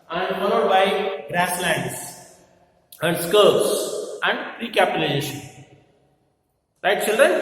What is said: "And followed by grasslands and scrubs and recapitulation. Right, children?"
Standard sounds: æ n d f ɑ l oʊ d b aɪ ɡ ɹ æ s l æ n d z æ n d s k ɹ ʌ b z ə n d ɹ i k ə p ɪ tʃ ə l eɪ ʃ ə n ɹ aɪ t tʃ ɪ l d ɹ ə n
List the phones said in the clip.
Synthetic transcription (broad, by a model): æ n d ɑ n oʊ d b aɪ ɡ ɹ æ s l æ n d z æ n d s k ʌ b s ə n d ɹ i k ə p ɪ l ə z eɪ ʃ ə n l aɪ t tʃ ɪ l d ɹ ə n